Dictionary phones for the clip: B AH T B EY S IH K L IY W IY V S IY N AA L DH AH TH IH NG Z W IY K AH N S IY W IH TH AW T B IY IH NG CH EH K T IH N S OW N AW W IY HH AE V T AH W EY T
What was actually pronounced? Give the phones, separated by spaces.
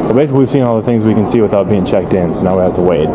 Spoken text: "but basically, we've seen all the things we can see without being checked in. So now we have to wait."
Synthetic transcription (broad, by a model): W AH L B EY S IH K L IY W IY V S IY N AA L DH AH TH IH NG Z W IY K AH N S IY W IH TH AW T B IY IH NG CH EH K T IH N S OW N AW W IY HH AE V T AH W EY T